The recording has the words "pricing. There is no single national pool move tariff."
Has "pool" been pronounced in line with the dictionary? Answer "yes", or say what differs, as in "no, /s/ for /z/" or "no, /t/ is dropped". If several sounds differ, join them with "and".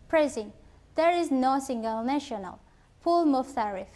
yes